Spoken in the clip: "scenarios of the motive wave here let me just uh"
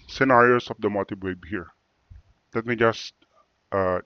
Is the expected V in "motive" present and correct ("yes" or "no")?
no